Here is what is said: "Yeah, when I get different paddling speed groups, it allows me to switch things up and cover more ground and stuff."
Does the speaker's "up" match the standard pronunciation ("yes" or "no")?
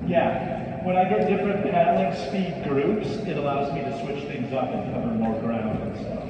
no